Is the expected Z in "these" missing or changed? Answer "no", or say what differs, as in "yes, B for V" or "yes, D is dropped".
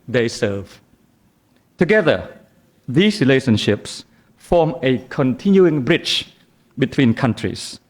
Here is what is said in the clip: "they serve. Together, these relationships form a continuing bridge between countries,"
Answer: yes, S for Z